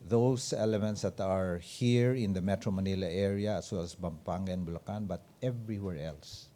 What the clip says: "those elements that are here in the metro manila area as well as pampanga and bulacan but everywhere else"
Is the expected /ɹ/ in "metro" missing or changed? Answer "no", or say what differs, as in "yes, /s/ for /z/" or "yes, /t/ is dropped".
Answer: no